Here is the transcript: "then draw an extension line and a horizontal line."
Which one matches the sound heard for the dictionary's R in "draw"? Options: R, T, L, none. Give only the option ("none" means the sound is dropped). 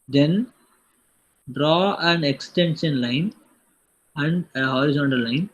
R